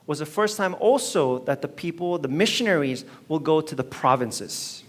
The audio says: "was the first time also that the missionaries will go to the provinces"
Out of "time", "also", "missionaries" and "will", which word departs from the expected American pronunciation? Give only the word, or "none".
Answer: none